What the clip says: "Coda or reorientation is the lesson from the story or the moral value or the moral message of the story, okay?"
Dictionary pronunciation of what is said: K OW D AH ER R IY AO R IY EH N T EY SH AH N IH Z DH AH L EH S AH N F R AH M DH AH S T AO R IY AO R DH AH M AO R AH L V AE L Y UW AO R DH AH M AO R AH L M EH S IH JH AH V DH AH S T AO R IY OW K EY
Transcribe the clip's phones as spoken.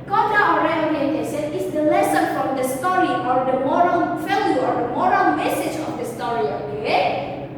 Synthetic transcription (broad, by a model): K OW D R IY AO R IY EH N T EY S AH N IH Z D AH L EH S AH N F R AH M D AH S T AO R IY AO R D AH M AO R AH L F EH L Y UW AO R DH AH M AO R AH L M EH S IH JH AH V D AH S T AO R IY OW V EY